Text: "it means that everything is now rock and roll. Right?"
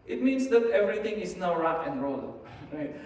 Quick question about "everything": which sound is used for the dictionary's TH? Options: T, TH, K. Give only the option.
T